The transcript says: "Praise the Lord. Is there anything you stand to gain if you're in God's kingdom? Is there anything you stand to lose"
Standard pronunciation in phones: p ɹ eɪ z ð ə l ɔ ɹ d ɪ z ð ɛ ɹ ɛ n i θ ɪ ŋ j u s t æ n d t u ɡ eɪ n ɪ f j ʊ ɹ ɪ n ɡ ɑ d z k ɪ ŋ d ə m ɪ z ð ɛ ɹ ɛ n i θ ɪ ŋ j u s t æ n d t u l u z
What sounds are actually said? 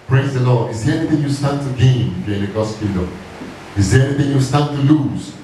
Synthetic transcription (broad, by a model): p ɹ eɪ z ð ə l ɔ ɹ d ɪ z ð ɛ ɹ ɛ n i θ ɪ ŋ j u s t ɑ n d t u ɡ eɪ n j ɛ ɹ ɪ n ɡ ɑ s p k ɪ d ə ɪ z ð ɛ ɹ ɛ n i θ ɪ ŋ j u s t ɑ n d t u l u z